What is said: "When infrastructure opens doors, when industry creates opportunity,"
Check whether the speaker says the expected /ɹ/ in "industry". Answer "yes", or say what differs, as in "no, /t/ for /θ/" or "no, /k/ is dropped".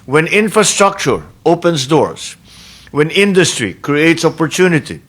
yes